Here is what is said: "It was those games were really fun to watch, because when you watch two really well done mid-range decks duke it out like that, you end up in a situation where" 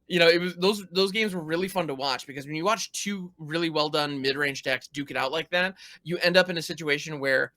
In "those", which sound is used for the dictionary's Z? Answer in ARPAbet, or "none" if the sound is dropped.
Z